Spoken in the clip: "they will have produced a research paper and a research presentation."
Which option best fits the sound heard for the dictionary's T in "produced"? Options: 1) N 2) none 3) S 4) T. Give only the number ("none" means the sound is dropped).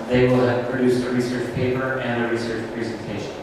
4